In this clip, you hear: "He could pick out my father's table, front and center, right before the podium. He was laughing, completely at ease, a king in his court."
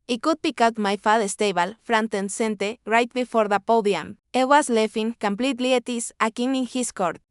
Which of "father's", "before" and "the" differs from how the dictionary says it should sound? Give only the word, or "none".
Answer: father's